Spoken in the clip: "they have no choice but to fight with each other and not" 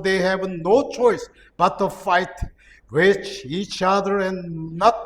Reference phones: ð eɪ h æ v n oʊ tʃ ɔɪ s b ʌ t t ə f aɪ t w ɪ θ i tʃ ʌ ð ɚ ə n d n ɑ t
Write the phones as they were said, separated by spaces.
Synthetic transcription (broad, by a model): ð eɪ h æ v n oʊ tʃ ɔɪ s b ʌ t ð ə f aɪ t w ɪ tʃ i tʃ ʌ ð ɚ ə n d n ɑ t